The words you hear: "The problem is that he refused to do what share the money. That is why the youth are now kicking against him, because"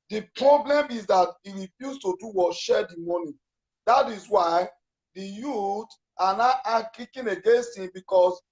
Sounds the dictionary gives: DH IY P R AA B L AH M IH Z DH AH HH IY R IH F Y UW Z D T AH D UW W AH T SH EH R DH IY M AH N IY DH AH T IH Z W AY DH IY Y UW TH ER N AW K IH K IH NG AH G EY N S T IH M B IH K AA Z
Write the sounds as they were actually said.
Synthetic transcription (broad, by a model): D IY P R AA B L AH M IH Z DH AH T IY R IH F Y UW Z T AH D UW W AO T SH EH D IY M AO N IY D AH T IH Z W AY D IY Y UW T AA N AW K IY K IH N AH G EY N S T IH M B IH K AA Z